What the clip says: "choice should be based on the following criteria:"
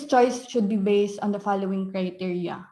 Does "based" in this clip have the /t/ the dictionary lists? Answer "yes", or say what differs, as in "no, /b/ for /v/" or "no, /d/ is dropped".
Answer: yes